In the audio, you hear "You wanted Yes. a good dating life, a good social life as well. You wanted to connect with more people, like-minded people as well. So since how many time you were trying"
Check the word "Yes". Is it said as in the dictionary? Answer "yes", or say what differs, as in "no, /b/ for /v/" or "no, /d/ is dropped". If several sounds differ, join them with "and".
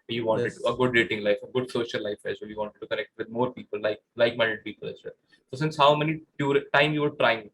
no, /s/ is dropped